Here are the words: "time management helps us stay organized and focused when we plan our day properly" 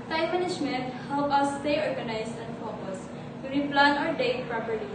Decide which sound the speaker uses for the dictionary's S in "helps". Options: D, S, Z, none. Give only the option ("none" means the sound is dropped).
none